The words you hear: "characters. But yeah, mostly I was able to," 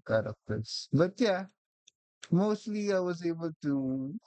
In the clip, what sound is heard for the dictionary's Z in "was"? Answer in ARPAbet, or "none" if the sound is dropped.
Z